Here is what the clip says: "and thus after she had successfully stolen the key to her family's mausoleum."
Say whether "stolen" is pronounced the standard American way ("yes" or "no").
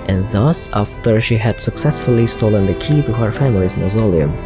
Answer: yes